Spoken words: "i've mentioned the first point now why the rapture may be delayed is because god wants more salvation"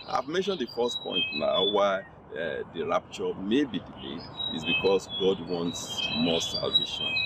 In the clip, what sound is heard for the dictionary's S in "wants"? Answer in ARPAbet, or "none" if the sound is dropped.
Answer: S